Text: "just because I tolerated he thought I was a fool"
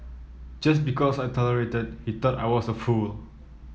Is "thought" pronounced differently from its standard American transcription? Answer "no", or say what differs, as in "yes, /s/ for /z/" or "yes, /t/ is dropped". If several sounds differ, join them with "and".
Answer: yes, /t/ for /θ/